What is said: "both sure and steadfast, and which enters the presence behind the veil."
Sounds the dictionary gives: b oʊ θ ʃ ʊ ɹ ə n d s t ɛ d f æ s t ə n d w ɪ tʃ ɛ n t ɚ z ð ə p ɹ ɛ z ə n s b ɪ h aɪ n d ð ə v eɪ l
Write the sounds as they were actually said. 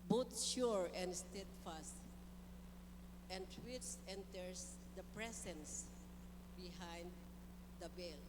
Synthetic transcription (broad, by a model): b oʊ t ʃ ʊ ɹ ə n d s t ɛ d f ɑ s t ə n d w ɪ s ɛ n t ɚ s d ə p ɹ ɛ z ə n s b ɪ h aɪ n d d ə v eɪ l